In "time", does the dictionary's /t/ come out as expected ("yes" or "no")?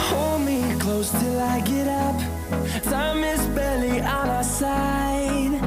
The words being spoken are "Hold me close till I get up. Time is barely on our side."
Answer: no